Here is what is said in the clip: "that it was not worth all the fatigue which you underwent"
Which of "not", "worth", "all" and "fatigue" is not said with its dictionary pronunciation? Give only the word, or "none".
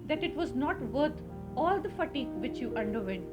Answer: worth